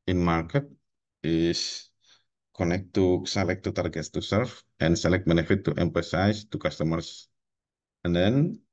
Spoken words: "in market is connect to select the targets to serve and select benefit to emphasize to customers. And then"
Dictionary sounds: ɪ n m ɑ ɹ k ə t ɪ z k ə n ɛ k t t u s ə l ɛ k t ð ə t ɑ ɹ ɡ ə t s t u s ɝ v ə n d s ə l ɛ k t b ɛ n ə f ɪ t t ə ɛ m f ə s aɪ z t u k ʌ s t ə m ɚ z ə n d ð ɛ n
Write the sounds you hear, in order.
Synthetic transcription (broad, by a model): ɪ n m ɑ ɹ k ə t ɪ s k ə n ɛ k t t u s ə l ɛ k t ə t ɑ ɹ ɡ ə t s t u s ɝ f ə n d s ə l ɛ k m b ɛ n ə f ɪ t t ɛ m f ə s aɪ s t u k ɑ s t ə m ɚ s ə n d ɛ n